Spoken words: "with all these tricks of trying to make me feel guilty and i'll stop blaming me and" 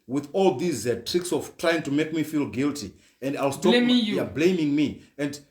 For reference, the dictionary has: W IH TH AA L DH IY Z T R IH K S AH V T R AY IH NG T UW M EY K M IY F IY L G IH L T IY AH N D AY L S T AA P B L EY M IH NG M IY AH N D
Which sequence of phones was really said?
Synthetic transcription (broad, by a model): W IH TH AA L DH IY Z T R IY K S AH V T R AY IH NG T UW M EY K M IY F IY L G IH L T IY AH N D AY L S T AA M B L EY M IH NG M IY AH N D